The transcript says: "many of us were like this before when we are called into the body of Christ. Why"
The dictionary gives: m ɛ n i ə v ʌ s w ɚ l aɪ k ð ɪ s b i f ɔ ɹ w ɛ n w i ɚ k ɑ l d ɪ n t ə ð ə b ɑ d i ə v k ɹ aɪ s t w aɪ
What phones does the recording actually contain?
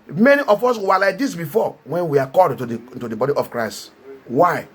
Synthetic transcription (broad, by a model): m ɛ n i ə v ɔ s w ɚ l aɪ k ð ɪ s b i f ɔ w ɛ n w i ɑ k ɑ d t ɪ t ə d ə b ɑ d i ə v k ɹ aɪ s t w aɪ